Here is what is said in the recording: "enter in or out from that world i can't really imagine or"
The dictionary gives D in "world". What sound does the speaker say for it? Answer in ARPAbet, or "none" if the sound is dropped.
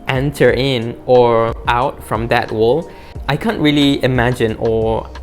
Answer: none